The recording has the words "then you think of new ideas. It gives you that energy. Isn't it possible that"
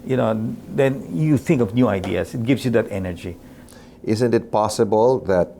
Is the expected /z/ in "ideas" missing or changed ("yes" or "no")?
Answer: yes